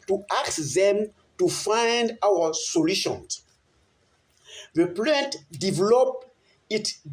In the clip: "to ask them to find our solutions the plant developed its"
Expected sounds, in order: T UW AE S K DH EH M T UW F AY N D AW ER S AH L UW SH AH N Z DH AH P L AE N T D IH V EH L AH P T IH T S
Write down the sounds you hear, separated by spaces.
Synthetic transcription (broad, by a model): T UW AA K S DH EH M T UW F AY N D AW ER S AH L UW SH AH N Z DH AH P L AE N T D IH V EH L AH P IH T